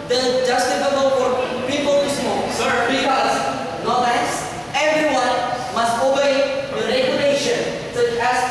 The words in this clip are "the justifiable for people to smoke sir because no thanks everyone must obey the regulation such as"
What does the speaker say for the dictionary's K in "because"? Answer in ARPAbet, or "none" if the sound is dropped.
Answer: none